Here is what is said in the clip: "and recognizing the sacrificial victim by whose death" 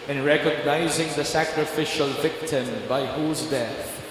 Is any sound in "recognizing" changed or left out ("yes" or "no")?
no